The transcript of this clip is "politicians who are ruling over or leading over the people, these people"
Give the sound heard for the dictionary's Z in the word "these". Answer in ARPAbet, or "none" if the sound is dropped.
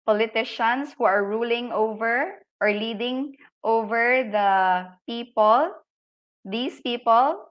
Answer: S